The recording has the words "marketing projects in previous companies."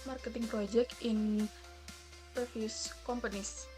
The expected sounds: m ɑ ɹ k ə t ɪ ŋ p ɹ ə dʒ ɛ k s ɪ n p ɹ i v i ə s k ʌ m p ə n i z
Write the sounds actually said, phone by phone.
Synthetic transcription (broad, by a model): m ɑ ɹ k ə t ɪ ŋ p ɹ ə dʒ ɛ k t ɪ n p ɹ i f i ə s k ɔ m p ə n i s